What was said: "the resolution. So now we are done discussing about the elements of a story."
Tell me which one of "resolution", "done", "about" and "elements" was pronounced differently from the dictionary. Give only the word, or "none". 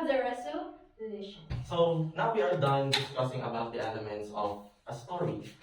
resolution